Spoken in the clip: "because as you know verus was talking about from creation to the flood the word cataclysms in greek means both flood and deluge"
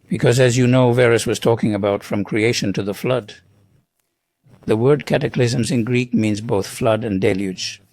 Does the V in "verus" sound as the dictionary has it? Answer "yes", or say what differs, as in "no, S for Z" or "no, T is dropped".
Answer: yes